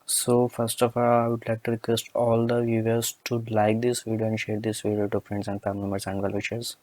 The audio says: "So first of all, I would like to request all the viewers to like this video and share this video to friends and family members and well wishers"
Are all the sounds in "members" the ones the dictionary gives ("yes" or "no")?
no